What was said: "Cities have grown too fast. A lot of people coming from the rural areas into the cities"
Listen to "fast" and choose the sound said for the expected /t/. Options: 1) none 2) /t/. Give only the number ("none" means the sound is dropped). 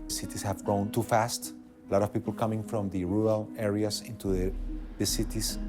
2